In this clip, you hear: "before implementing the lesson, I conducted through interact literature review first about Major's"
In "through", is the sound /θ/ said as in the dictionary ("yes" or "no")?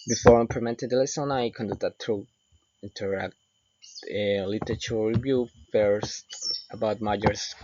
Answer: no